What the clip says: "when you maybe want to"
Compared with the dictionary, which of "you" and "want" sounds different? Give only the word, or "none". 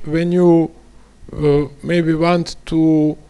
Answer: none